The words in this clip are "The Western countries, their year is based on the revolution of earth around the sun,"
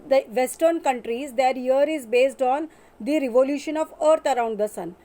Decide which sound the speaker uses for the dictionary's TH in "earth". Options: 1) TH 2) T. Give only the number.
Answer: 2